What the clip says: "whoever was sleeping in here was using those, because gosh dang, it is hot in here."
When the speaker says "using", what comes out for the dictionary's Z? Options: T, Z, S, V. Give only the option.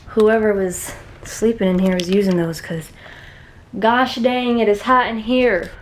Z